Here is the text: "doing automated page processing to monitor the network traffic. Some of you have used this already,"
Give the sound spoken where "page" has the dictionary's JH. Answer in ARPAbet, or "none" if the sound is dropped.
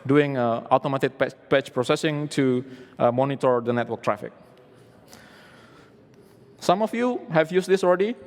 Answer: CH